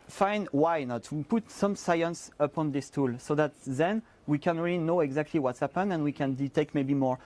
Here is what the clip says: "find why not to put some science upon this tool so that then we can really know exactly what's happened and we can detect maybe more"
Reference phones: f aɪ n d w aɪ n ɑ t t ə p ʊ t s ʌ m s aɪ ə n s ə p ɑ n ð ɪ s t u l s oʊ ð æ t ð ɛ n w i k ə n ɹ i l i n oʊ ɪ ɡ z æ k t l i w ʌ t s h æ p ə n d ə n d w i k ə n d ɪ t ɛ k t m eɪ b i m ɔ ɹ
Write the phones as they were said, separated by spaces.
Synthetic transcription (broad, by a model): f aɪ n w aɪ n ɑ t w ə p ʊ t s ʌ m s aɪ ə n s ə p ɑ n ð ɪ s t u l s oʊ ð æ t ð ɛ n w i k ə n ɹ i l i n oʊ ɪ ɡ z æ k t l i w ʌ t s h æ p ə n ə n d w i k ə n d ɪ t ɛ k t m eɪ b i m ɔ ɹ